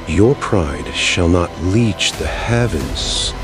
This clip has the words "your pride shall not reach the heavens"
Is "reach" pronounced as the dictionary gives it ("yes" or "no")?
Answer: no